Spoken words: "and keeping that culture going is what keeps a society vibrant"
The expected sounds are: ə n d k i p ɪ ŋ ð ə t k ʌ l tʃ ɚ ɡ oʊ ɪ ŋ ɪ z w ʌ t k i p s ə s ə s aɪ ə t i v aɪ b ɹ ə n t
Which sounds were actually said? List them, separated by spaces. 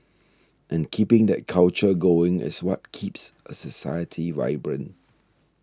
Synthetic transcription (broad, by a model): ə n k i p ɪ ŋ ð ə t k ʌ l tʃ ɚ ɡ oʊ ɪ ŋ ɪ s w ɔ t k i p s ə s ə s aɪ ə t i v aɪ b ɹ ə n